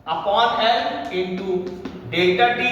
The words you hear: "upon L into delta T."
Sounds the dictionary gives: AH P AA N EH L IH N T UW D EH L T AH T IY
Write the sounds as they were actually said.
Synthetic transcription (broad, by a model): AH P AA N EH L IH N T UW D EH T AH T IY